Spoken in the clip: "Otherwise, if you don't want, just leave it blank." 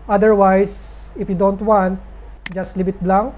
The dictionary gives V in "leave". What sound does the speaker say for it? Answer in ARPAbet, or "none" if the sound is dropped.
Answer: B